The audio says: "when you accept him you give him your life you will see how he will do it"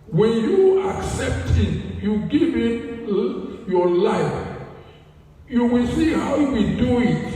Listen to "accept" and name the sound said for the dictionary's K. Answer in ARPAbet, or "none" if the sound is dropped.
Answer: K